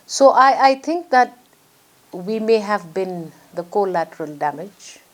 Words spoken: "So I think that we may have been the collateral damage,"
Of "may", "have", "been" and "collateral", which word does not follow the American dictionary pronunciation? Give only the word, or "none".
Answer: none